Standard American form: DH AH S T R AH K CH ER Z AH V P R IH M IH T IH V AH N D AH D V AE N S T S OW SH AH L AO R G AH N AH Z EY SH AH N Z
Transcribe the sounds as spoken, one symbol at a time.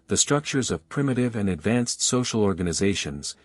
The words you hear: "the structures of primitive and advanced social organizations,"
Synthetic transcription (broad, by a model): DH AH S T R AH K CH ER Z AH V P R IH M IH T IH V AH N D AH D V AE N S T S OW SH L AO R G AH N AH Z EY SH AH N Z